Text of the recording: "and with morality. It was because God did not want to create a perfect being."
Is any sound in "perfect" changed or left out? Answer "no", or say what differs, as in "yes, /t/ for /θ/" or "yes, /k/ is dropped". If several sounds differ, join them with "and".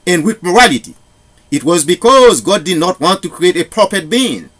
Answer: yes, /p/ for /f/ and /k/ is dropped